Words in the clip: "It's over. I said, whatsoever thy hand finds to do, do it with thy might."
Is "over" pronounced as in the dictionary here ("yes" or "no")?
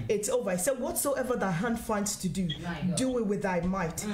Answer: yes